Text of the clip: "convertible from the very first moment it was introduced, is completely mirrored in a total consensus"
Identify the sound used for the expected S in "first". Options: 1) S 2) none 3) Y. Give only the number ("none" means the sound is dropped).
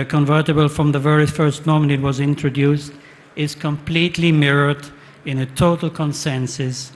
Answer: 1